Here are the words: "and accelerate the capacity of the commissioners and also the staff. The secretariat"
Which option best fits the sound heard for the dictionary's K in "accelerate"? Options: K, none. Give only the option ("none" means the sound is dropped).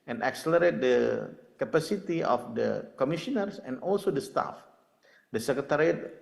K